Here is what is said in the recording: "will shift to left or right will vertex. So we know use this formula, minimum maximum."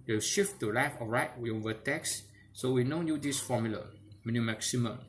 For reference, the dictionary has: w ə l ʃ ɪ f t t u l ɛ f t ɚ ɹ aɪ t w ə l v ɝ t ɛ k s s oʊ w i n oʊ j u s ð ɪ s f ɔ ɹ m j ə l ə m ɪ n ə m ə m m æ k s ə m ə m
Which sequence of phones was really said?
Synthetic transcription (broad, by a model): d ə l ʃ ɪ f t t u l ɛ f ɔ ɹ aɪ t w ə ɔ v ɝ t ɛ k s s oʊ w i n oʊ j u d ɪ s f ɔ m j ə l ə m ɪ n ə m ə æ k s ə m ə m